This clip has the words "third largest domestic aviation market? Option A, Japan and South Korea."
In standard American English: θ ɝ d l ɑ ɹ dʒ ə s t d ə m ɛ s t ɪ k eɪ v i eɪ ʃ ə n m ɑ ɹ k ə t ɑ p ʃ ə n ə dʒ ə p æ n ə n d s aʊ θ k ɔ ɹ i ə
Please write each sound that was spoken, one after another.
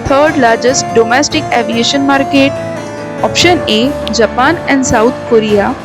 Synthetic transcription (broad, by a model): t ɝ d l ɑ ɹ dʒ ə s t d ə m ɛ s t ɪ k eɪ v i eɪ ʃ ə n m ɑ ɹ k ə t ɑ p ʃ ə n ə dʒ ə p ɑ n ə n d s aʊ t k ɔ ɹ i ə